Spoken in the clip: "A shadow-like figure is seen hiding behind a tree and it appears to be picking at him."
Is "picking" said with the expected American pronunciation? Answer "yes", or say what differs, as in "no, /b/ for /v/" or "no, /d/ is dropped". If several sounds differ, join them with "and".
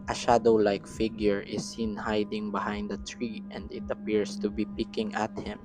yes